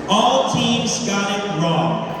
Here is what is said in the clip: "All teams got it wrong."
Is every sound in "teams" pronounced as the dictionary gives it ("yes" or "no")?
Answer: yes